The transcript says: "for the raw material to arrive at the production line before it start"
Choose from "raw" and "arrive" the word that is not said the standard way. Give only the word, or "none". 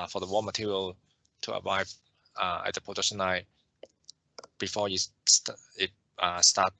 raw